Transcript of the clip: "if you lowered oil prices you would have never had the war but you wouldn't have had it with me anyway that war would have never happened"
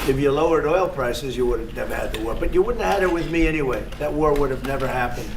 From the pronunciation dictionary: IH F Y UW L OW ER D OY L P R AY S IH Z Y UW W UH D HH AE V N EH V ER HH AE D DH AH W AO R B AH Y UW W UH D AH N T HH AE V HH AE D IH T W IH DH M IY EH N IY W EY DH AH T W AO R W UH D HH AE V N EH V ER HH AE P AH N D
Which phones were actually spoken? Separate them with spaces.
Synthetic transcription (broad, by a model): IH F Y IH L OW ER D OY L P R AY S IH Z Y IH W UH D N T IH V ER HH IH D DH AH W AO R B AH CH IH W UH D N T HH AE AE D IH T W IH DH M IY EH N IY W EY DH AH T W AO R W UH D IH V N EH V ER HH AE P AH N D